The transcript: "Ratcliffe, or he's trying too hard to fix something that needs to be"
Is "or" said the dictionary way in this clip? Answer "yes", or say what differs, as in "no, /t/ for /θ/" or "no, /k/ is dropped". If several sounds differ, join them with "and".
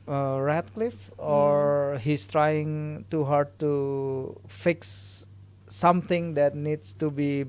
yes